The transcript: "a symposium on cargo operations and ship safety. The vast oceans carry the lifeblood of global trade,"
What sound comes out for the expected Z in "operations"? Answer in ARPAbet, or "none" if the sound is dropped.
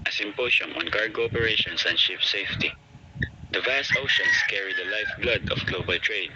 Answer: S